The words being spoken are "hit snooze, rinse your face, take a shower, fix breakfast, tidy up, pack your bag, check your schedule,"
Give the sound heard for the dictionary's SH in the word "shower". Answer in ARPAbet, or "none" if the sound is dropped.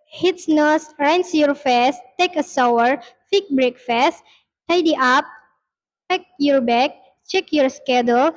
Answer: S